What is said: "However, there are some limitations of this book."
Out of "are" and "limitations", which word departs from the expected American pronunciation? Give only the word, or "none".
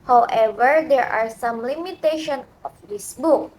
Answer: limitations